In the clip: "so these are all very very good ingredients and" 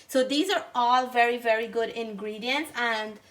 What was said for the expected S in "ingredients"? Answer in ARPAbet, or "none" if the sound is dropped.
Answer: S